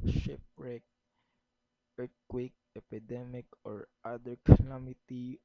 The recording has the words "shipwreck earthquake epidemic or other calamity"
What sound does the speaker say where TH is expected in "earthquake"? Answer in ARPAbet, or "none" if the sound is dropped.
T